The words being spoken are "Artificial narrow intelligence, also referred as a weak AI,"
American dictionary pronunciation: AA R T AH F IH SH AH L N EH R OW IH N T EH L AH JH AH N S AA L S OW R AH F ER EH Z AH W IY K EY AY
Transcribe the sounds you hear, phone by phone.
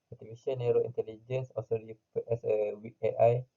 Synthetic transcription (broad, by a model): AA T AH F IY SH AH N EH R OW IH N T EH L AH JH AH N S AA S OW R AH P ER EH S AH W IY EY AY